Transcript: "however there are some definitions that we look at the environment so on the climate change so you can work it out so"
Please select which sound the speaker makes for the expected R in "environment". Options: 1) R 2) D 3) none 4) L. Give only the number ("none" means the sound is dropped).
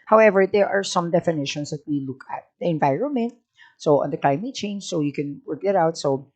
1